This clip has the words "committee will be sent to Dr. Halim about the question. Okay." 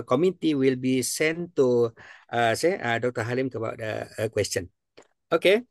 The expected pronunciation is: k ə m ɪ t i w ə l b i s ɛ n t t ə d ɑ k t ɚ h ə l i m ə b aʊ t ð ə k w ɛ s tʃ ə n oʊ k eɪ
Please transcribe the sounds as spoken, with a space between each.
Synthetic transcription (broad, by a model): k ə m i t i w ə l b i s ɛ n t s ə d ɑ k t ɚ h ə l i m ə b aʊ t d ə k w ɛ s tʃ ə n oʊ k eɪ